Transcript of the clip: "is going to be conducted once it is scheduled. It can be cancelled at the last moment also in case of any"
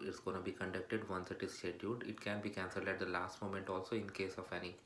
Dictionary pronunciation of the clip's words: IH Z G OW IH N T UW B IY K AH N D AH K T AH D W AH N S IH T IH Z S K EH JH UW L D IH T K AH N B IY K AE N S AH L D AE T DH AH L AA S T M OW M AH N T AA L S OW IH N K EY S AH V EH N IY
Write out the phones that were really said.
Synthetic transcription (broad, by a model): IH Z G OW IH N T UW B IY K AH N D AH K T AH D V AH N S IH T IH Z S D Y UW D IH T K AH N B IY K AE N S AH L D AE T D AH L AA S T M OW M AH N T AA L S OW IH N K EY S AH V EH N IY